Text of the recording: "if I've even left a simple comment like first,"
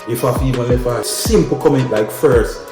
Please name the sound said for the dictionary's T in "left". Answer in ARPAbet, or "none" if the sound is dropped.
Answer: none